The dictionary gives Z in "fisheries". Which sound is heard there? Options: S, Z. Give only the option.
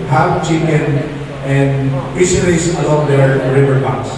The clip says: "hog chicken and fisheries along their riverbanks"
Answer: S